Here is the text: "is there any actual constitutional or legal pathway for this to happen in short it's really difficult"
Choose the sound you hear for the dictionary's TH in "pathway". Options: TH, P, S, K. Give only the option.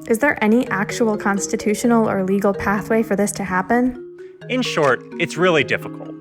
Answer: TH